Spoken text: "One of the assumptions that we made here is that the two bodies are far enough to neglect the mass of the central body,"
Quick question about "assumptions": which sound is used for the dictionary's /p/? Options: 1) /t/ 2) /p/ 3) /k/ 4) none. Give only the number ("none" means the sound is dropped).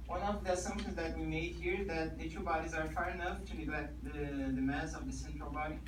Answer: 4